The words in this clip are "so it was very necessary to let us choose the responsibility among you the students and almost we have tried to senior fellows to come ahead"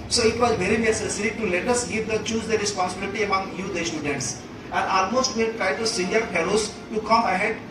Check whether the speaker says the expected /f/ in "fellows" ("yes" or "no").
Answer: no